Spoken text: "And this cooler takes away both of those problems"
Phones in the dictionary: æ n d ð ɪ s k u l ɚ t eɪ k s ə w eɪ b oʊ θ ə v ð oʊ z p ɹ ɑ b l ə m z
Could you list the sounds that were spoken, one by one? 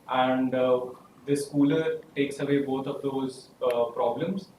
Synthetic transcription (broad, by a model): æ n d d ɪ s k u l ɚ t eɪ k s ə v eɪ b oʊ t ə v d oʊ z p ɹ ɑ b l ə m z